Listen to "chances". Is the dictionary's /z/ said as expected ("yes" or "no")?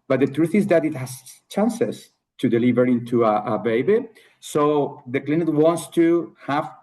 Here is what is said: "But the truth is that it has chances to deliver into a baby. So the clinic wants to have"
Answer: no